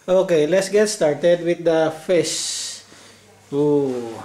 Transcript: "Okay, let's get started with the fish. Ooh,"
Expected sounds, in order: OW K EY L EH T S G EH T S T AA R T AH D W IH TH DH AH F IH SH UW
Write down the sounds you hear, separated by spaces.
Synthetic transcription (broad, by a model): OW K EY L EH T S G EH T S T AA R T AH D W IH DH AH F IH S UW